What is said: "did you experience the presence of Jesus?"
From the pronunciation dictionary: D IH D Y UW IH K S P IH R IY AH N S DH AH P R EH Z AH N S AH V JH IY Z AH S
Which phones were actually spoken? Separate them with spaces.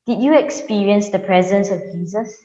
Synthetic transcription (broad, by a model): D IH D Y UW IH K S P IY R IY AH N S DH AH P R EH Z AH N S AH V JH IY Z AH S